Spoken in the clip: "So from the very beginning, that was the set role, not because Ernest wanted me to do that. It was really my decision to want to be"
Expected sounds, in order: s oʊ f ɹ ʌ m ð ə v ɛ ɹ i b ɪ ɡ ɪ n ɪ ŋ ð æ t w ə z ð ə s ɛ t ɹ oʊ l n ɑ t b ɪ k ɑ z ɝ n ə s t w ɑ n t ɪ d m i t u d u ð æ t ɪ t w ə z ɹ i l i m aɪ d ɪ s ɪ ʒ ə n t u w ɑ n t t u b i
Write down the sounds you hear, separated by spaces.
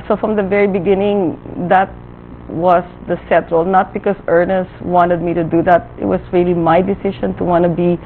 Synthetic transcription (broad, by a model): s oʊ f ɹ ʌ m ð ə v ɛ ɹ i b ɪ ɡ ɪ n ɪ ŋ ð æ t w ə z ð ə s ɛ t ɹ oʊ l n ɑ t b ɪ k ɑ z ɝ n ə s t w ɑ n t ɪ d m i t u d u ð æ t ɪ t w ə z ɹ i l i m aɪ d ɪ s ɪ ʃ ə n t u w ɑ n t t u b i